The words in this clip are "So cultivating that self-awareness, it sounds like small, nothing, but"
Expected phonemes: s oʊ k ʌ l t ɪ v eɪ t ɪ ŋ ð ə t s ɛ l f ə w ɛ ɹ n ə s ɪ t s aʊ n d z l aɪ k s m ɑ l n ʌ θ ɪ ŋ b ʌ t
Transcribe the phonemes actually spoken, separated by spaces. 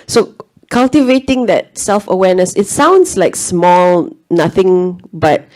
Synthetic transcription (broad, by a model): s oʊ k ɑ l t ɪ v eɪ t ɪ ŋ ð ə t s ɛ l f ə w ɛ n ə s ɪ t s aʊ n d s l aɪ k s m ɑ l n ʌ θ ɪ ŋ b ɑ t